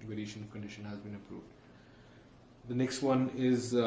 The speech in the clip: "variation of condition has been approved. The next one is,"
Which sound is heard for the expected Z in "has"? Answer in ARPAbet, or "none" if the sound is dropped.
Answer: Z